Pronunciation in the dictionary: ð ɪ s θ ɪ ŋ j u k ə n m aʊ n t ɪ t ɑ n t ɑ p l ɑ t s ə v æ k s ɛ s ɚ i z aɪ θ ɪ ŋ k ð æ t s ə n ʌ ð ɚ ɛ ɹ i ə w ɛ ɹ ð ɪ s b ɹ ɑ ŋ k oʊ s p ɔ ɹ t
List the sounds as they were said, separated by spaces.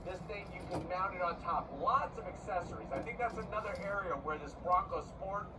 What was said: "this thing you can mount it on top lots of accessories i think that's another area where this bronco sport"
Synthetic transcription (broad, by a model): ð ɪ s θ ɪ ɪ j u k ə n m aʊ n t ɪ t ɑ n t ɑ p l ɑ t s ə v æ k s ɛ s ɚ i z aɪ θ ɪ ŋ k ð æ t s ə n ʌ ð ɚ ɛ ɹ i ə w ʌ ɹ ð ɪ s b ɹ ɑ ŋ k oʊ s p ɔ ɹ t